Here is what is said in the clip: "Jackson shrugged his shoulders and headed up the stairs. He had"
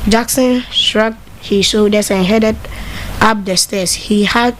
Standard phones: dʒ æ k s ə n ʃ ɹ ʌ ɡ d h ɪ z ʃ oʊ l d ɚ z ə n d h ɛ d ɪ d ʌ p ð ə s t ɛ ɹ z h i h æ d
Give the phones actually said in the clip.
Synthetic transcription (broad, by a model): dʒ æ k s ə n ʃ ɹ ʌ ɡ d h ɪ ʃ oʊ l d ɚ s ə n h ɛ d ɪ d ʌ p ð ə s t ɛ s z h i h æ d